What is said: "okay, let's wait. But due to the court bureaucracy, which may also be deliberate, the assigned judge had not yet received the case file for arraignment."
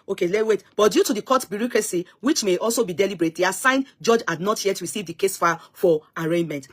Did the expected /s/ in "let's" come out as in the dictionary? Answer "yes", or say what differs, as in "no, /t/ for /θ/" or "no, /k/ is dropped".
no, /s/ is dropped